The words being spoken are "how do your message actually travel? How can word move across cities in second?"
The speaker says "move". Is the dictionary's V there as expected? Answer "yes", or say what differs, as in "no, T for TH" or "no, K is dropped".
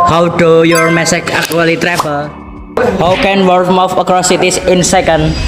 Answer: no, F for V